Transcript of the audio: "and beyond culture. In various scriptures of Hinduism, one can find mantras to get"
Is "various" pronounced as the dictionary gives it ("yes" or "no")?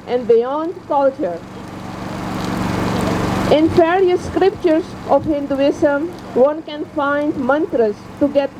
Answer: no